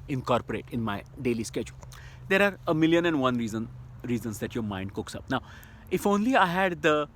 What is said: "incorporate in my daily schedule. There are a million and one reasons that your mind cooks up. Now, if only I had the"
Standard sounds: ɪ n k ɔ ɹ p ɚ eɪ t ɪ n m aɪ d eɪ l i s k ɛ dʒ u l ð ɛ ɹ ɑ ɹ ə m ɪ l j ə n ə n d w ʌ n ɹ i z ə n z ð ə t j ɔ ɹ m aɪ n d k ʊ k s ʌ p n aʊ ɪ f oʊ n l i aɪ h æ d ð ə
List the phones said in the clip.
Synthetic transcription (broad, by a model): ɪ n k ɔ ɹ p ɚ eɪ t ɪ n m aɪ d eɪ l i s k ɛ dʒ u l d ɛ ɹ ɑ ɹ ə m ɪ l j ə n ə n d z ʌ n ɹ i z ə n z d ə t j ɔ ɹ m aɪ n d k ʊ k s ʌ p n aʊ ɪ f oʊ n l i aɪ h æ d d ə